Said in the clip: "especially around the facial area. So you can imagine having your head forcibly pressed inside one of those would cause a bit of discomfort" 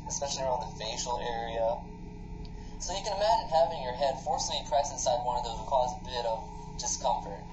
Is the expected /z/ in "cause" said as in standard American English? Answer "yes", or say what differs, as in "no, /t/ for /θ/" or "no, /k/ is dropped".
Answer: yes